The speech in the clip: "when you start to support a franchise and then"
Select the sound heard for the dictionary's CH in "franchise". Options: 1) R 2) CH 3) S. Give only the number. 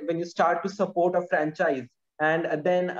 2